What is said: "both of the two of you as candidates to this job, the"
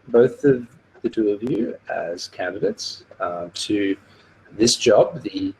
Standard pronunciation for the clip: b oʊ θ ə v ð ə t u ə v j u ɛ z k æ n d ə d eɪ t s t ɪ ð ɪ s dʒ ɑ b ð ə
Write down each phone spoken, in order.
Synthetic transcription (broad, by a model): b oʊ θ ə v ð ə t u ə v j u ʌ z k æ n d ə d eɪ t s t ɪ ð ɪ s dʒ ɑ b ð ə